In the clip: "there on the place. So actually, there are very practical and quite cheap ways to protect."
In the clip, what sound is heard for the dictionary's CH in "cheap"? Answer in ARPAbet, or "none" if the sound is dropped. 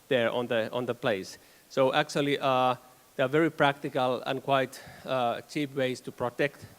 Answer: CH